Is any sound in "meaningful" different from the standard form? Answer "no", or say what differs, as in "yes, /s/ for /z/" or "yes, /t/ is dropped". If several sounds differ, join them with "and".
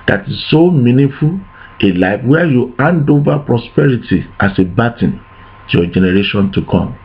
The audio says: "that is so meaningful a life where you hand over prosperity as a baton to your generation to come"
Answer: yes, /ŋ/ is dropped